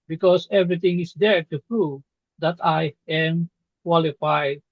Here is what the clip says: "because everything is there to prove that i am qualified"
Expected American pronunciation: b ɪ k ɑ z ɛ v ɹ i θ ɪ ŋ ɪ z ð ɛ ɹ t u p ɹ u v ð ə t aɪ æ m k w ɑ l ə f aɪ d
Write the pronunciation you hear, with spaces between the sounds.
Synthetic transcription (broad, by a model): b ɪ k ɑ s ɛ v ɹ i t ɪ ŋ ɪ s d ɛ ɹ t u p ɹ u v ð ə t aɪ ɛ m k w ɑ l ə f aɪ d